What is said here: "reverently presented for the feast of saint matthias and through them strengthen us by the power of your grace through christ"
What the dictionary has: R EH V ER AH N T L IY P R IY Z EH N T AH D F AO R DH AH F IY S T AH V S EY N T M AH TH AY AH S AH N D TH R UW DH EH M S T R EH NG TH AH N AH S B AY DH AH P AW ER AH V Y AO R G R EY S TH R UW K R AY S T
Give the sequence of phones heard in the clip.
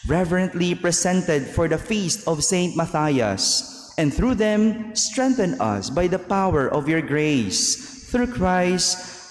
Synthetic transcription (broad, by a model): R EH V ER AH N T L IY P R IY S EH N T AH D F AO R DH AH F IY S T AH V S EY N T M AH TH AY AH S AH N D TH R UW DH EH M S T R EH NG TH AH N AH S B AY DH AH P AW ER AH V Y AO R G R EY S TH R UW K R AY S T